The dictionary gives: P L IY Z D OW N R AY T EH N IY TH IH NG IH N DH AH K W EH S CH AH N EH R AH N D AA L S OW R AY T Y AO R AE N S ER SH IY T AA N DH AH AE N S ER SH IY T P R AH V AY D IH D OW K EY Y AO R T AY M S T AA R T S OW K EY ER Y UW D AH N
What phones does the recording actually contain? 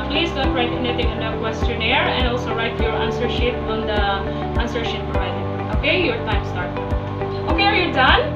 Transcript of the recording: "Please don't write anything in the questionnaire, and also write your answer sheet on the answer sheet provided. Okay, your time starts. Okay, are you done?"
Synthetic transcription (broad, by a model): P L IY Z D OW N R AY T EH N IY T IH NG IH N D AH K W EH S CH AH N EH R AH N D AA L S OW R AY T Y AO R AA N S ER SH IY T AA N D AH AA N S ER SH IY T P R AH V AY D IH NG OW K EY Y AO R T AY M S T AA R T OW K EY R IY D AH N